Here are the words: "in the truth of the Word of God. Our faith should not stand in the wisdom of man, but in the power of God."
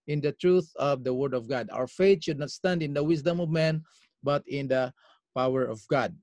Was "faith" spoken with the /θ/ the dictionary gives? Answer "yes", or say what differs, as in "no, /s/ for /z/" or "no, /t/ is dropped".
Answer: no, /t/ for /θ/